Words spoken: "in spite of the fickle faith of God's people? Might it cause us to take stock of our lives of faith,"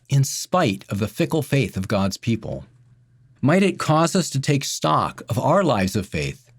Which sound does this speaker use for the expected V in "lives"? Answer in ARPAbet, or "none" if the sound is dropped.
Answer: V